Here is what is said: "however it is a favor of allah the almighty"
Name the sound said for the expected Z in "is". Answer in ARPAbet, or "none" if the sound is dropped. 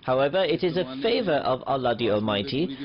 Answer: Z